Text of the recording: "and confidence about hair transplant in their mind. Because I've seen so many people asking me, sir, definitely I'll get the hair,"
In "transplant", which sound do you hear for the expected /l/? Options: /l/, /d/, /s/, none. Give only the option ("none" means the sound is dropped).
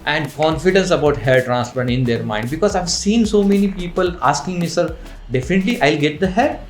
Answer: none